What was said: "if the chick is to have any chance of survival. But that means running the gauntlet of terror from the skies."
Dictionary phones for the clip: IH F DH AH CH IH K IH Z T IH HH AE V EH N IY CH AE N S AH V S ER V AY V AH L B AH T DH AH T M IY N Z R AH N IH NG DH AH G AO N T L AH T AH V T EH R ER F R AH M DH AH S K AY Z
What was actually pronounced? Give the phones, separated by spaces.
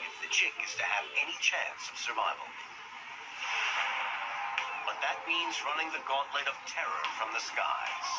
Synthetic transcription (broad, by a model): IH F DH AH CH IH K IH Z T IH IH V EH N IY CH AE N S AH V S ER V AY V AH L B AH T DH AH T M IY N Z R AH N IH NG DH AH G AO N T L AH T AH V T EH R ER F R AH M DH AH S K AY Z